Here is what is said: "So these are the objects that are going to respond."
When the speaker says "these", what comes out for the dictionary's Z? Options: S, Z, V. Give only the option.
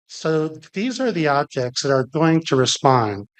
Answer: Z